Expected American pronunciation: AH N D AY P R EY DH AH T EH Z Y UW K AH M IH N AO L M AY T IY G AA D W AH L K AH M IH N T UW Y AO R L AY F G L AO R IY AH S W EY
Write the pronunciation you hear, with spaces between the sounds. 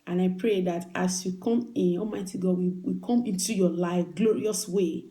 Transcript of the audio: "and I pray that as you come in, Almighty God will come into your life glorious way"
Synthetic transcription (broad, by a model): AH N AY P R EY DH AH T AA S Y UW K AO M IH N AO M AY T IY G AA D W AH W K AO M IH N T UW Y AO L AY F G L AO R IY AH S W EY